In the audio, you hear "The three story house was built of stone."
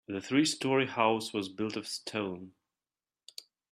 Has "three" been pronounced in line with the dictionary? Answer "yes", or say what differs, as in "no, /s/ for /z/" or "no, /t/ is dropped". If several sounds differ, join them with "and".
yes